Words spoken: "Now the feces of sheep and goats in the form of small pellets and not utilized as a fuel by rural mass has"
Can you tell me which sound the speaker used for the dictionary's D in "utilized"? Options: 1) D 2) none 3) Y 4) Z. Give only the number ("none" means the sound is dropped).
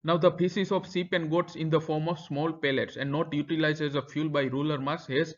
2